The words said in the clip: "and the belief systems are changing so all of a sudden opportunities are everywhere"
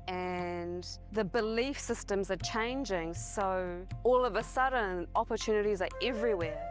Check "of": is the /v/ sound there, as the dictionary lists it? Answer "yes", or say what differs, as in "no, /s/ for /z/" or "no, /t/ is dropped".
yes